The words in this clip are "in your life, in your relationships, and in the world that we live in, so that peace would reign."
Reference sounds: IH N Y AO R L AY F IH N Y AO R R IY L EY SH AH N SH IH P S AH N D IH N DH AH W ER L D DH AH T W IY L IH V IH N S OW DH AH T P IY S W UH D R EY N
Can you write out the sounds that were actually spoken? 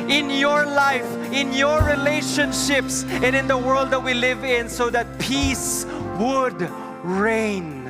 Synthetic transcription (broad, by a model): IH N Y AO R L AY F IH N Y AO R R IY L EY SH AH N SH IH P S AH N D IH N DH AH W ER L D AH T W IY L IH V IH N S OW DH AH T P IY S W UH D R EY N